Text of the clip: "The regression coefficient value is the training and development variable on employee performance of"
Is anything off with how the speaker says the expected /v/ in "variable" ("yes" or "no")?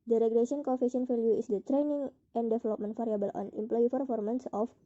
yes